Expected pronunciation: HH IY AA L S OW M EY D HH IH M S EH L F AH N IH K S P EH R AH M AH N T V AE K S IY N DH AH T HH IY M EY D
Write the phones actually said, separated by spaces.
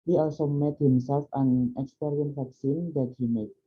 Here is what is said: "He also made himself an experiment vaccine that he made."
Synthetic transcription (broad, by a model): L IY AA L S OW M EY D HH IH M S EH L F AH N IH K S P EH R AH AH N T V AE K S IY N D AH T HH IY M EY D